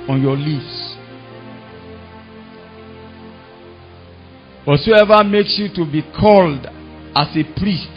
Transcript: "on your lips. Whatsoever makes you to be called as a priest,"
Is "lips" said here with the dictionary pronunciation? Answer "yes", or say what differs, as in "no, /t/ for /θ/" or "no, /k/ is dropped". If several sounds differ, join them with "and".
no, /f/ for /p/